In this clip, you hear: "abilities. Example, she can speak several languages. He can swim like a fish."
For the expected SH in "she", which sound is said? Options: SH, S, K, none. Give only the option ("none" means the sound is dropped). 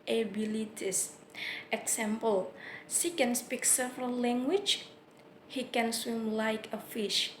S